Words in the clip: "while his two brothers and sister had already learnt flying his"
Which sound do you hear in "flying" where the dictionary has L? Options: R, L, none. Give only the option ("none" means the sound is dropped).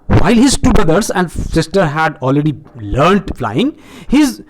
L